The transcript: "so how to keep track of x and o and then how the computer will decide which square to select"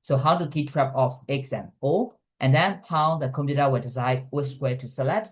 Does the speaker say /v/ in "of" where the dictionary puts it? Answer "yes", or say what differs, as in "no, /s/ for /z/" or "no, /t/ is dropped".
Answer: no, /f/ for /v/